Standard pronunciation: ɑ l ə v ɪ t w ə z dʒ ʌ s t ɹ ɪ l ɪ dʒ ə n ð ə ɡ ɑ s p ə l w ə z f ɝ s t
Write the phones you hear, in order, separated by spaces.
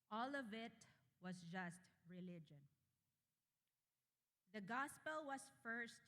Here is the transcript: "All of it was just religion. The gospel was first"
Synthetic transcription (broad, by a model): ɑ l ə v ɪ t w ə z dʒ ʌ s t ɹ ɪ l ɪ dʒ ə n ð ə ɡ ɑ s p ə l w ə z f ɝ s t